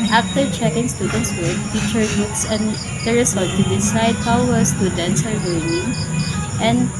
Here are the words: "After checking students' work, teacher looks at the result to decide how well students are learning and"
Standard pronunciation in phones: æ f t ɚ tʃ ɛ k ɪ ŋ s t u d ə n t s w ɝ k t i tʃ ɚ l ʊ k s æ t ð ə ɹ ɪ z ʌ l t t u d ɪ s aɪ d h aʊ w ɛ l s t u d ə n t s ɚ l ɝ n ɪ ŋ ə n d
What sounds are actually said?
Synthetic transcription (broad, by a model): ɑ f t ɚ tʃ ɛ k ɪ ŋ s t u d ə n t s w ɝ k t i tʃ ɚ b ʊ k s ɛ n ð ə ɹ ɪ s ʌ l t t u d ɪ s aɪ d h aʊ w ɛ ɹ s t u d ə n t s ɚ w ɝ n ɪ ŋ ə n d